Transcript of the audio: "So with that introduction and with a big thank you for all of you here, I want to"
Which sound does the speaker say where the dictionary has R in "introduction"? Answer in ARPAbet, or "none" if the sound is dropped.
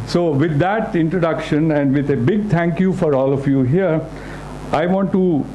R